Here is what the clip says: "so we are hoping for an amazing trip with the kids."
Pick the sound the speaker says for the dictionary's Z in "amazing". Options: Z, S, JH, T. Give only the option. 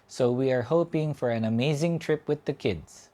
Z